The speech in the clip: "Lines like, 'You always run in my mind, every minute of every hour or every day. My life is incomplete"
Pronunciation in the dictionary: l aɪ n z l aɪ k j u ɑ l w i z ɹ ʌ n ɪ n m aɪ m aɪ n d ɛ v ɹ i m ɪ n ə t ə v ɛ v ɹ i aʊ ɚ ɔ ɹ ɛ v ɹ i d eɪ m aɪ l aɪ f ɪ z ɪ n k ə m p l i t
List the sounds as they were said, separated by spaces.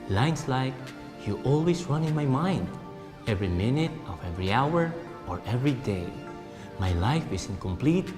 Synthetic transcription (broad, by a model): l aɪ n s l aɪ k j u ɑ l w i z ɹ ʌ n ɪ n m aɪ m aɪ n d ɛ v ɹ i m ɪ n ə t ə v ɛ v ɹ i aʊ ɚ ɔ ɹ ɛ v ɹ i d eɪ m aɪ l aɪ f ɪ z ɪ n k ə m p l i t